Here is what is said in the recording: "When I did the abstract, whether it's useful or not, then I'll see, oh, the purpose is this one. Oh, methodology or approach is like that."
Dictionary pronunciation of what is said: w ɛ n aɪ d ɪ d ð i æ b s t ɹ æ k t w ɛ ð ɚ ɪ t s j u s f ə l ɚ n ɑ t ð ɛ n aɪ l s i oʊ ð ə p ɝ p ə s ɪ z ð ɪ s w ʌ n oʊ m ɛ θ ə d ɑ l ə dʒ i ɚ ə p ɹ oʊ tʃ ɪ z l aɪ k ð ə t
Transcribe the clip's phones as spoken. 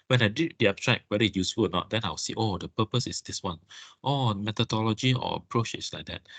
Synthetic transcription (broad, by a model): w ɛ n aɪ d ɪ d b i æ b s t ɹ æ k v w ɛ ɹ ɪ j u s f ə l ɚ n ɑ t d ɛ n aɪ w s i oʊ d ə p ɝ p ə s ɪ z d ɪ s w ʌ n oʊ m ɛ t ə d ɑ l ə dʒ i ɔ ə p ɹ oʊ tʃ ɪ s l aɪ k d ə t